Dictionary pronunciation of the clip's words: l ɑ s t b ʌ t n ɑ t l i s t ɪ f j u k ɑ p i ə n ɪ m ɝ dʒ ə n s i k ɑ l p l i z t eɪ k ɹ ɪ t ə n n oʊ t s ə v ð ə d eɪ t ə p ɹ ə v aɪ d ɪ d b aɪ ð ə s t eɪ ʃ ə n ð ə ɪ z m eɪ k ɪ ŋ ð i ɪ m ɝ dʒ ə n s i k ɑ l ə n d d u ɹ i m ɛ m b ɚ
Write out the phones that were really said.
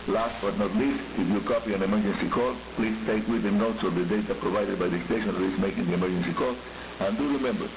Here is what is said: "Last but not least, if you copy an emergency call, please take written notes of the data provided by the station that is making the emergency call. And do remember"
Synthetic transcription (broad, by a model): l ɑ s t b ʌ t n ɑ t l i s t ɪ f j u k ɑ p i ə n ɪ m ɝ dʒ ə n s i k ɑ l p l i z t eɪ k w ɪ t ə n n oʊ t s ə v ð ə d eɪ t ə p ɹ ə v aɪ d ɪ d b aɪ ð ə s t eɪ ʃ ə n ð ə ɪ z m eɪ k ɪ ŋ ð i ɪ m ɝ dʒ ə n s i k ɑ l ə n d d u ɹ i m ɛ m b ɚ